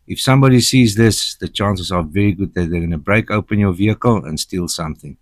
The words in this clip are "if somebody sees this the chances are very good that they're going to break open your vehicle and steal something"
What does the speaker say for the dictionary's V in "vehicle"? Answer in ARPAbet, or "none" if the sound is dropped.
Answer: V